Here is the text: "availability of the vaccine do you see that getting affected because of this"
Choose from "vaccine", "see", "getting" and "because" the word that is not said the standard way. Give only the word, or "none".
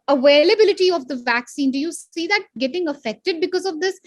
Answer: none